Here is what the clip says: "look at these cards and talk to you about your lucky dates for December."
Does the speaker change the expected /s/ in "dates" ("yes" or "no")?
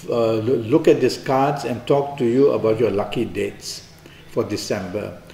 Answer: no